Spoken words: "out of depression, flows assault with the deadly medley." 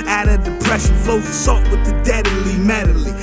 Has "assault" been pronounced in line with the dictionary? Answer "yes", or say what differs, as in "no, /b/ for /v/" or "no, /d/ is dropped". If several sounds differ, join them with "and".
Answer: no, /l/ is dropped